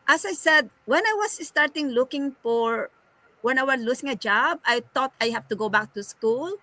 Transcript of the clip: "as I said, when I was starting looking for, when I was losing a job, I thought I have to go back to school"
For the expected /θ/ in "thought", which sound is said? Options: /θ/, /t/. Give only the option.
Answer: /t/